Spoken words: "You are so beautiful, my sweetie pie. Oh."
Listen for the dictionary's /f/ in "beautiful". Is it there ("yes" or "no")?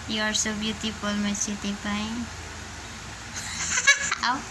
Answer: no